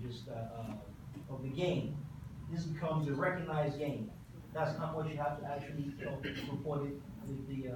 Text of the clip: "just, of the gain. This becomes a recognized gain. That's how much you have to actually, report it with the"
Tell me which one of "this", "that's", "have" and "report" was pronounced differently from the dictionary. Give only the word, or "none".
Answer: have